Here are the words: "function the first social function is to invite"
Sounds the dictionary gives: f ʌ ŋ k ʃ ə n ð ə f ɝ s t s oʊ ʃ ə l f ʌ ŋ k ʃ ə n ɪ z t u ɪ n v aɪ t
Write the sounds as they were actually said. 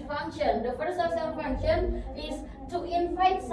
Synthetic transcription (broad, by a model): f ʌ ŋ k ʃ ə n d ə f ɝ s t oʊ s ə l f ʌ ŋ k ʃ ə n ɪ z t u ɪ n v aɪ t